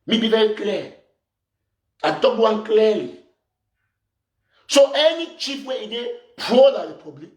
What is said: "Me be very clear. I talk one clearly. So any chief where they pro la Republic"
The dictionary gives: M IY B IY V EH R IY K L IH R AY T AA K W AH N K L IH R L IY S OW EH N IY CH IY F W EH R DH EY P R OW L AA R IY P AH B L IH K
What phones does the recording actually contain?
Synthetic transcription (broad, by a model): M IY B IY V EH R IY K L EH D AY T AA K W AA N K L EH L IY S OW EH N IY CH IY P W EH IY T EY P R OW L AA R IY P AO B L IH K